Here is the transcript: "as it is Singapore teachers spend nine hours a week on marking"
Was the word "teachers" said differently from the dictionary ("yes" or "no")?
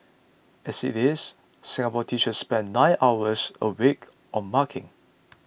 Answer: yes